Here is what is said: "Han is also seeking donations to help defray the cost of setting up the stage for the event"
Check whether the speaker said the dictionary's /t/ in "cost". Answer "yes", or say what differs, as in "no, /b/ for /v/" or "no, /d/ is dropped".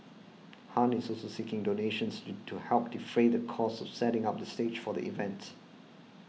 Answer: no, /t/ is dropped